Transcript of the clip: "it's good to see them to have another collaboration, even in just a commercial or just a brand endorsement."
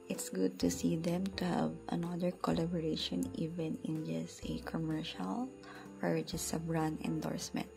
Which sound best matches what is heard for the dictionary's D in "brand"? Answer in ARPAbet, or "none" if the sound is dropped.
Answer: none